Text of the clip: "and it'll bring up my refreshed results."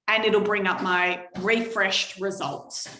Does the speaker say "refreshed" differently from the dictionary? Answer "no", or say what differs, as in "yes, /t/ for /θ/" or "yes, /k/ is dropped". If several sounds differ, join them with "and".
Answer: no